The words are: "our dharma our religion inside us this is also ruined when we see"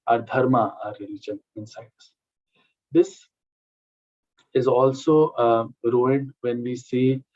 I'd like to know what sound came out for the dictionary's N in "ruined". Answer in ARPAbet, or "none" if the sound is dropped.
none